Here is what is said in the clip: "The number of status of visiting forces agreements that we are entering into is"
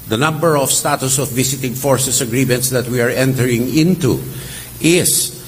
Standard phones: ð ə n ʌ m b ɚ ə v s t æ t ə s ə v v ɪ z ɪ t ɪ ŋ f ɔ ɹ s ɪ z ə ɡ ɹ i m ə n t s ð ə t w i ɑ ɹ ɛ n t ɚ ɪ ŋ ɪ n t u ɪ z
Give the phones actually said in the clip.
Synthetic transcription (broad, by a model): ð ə n ʌ m b ɚ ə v s t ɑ t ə s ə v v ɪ s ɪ t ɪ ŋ f ɔ ɹ s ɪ s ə ɡ ɹ i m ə n t s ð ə t w i ɑ ɹ ɛ n t ɚ ɪ ŋ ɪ n t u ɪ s